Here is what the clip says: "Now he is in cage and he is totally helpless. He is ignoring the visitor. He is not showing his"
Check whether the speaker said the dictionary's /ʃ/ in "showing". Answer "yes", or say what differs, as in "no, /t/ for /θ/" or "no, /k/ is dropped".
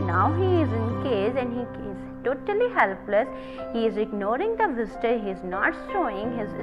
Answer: no, /s/ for /ʃ/